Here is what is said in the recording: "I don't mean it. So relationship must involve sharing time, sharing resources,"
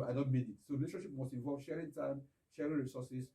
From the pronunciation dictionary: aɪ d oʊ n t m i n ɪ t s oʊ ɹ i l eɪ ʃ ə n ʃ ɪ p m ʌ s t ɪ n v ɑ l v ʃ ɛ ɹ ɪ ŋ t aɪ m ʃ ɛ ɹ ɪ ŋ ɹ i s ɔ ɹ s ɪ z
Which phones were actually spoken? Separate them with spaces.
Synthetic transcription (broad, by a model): aɪ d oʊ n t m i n ɪ t s oʊ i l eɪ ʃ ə ʃ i p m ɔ s t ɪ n v ɑ l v ʃ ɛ ɹ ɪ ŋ t aɪ m ʃ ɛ ɹ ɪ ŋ ɹ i s ɔ s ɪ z